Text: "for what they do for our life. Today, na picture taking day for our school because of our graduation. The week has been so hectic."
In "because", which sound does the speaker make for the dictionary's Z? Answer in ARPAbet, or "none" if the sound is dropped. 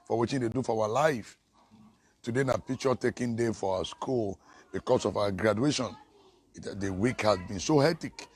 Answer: S